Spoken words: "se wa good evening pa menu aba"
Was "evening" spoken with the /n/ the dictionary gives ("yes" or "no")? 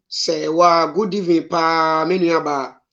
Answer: no